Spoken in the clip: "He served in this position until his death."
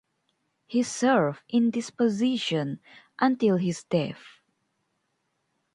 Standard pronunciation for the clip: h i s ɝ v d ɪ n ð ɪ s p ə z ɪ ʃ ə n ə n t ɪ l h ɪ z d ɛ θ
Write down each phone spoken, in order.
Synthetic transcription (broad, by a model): h i s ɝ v ɪ n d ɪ s p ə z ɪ ʃ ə n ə n t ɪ l h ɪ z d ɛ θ